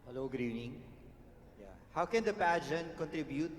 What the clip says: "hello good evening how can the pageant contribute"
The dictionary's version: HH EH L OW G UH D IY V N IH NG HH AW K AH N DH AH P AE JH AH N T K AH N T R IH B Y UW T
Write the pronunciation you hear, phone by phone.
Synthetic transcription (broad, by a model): HH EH L OW G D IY N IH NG HH AW K AH N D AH P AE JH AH N K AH N T R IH B Y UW T